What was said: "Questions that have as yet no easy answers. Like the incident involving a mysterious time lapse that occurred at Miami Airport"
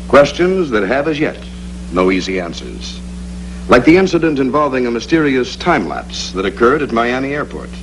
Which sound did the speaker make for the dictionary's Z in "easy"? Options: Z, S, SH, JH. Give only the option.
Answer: Z